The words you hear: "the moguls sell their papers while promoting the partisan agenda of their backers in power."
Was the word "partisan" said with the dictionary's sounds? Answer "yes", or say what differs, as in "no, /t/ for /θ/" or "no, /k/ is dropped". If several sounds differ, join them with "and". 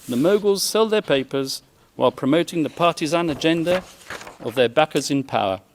yes